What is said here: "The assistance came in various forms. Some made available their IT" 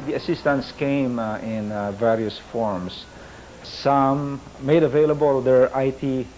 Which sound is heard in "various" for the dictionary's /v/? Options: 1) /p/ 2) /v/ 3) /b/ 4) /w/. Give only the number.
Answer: 2